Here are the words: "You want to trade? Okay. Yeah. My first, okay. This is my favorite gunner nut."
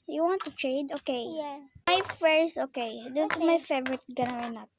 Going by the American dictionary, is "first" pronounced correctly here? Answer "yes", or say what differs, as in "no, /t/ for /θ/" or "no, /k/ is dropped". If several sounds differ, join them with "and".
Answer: no, /t/ is dropped